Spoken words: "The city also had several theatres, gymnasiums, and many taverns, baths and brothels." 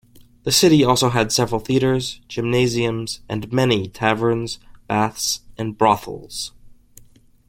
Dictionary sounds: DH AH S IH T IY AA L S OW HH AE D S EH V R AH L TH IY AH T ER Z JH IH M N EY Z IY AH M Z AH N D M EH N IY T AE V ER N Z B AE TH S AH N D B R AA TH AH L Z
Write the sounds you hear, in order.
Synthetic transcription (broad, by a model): DH AH S IH T IY AA L S OW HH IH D S EH V R L TH IY AH T ER Z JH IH M N EY Z IY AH M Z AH N M EH N IY T AE V ER N Z B AE TH S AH N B R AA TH L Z